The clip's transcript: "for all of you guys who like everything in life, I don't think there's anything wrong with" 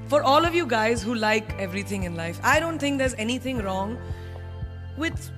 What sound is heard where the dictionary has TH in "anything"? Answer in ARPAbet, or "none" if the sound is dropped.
T